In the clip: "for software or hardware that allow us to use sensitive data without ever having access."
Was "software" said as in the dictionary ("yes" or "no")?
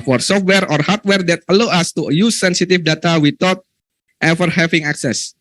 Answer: yes